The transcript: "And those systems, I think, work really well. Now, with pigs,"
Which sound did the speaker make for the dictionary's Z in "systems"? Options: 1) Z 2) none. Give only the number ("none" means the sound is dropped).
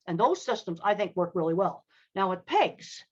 1